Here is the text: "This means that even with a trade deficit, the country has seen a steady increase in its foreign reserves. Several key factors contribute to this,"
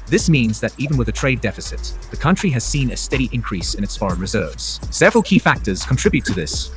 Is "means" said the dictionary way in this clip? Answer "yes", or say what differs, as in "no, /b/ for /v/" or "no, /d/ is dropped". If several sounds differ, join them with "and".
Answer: yes